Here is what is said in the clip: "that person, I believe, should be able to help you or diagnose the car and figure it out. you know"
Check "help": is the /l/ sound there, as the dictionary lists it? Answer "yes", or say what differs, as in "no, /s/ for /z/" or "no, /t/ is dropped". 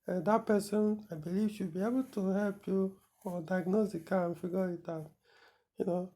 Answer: yes